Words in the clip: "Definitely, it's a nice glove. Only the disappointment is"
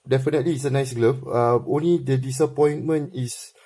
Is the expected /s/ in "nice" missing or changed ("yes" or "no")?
no